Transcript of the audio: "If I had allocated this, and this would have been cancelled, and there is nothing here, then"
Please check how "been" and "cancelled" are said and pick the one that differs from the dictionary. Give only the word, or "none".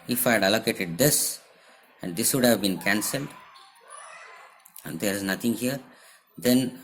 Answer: none